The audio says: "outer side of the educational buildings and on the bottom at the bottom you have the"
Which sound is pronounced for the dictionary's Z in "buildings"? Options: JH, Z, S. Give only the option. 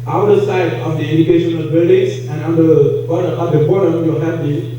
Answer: S